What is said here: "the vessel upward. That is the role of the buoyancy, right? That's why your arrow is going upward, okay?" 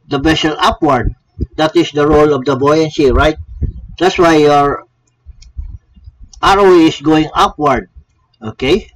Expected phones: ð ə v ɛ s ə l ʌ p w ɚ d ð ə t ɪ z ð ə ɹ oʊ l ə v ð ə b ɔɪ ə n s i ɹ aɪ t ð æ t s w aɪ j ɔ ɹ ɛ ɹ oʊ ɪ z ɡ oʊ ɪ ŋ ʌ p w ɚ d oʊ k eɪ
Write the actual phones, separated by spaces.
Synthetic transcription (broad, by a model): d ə b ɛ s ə l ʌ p w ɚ d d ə t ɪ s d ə ɹ oʊ l ə v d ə b ɔɪ ə n s i ɹ aɪ t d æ t s w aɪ j ɔ ɹ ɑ ɹ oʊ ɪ s ɡ oʊ ɪ ŋ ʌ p w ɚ d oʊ k eɪ